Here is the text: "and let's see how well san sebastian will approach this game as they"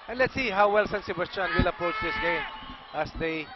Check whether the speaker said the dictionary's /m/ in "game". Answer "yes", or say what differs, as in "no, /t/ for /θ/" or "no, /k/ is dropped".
no, /m/ is dropped